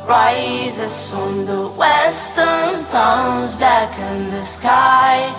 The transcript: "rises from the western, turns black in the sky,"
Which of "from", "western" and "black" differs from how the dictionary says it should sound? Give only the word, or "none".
black